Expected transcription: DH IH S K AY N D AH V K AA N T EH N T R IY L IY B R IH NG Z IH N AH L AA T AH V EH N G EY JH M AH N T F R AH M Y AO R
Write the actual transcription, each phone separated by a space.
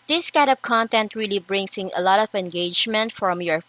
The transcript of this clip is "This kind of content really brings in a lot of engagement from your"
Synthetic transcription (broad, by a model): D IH S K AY D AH P K AA N T EH N T R IY L IY B R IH NG S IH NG AH L AA T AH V EH N G EY JH M AH N T F R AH M Y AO R